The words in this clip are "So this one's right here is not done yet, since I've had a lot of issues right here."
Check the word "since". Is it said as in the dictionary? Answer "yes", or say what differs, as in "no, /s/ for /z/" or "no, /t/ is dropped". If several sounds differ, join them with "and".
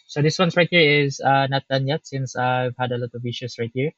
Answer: yes